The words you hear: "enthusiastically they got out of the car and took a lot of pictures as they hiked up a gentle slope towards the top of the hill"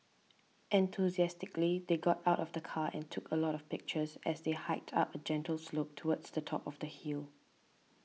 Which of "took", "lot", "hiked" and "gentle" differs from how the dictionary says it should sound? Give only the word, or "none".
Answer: none